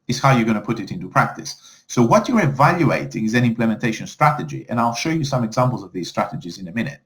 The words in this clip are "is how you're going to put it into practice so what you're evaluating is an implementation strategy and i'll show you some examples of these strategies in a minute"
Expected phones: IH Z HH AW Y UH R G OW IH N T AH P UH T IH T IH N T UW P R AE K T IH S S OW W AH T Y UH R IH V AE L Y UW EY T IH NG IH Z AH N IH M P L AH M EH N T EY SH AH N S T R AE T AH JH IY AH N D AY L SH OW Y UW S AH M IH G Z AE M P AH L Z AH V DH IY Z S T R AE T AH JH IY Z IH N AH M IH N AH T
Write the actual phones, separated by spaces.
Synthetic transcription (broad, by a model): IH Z HH AW Y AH R G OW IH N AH P UH T IH T IH N T UW P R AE K T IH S S OW W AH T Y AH R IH V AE L Y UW EY T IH NG IH Z AH N IH M P L AH M EH N T EY SH AH N S T R AE T AH JH IY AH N AY L SH OW Y UW S AH M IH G Z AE M P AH L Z AH V DH IY Z S T R AE T AH JH IY Z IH N AH M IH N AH T